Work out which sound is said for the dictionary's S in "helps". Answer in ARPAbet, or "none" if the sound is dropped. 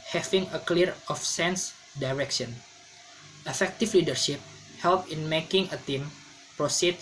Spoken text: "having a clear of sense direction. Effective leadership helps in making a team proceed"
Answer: none